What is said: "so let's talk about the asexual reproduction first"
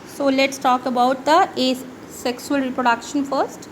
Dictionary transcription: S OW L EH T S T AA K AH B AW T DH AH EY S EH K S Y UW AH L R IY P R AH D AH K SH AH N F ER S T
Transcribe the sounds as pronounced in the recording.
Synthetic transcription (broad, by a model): S OW L EH T S T AA K AH B AW T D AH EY S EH K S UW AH L R IY P R AH D AH K SH AH N F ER S T